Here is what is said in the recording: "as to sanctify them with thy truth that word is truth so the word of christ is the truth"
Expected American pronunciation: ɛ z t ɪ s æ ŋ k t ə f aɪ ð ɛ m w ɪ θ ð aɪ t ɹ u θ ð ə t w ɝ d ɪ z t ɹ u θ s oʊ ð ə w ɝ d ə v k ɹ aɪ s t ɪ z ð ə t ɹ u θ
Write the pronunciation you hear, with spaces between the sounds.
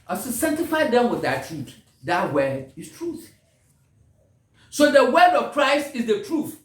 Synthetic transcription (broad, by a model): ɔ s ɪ s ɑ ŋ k t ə f aɪ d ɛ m w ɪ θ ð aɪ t i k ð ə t w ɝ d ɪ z t ɹ u θ s oʊ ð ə w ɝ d ə v k ɹ aɪ s t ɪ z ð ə t ɹ u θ